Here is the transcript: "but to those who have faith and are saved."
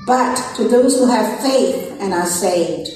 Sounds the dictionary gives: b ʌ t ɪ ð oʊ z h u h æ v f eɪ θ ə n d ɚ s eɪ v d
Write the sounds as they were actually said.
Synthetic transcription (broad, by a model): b ʌ t ɪ ð oʊ z h u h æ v f eɪ θ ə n ɚ s eɪ v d